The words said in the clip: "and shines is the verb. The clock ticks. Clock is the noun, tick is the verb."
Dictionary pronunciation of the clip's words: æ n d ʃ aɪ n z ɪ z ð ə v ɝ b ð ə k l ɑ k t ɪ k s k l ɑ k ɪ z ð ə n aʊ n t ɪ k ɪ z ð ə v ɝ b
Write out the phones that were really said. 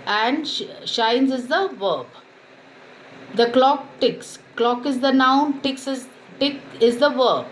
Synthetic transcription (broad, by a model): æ n d ʃ aɪ n z ɪ z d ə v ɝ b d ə k l ɑ k t ɪ k s k l ɑ k ɪ z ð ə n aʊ n t ɪ k ɪ z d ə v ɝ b